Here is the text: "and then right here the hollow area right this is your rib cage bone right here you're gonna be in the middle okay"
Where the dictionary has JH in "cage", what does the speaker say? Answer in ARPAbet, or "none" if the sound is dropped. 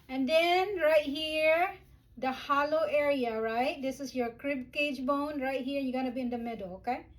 JH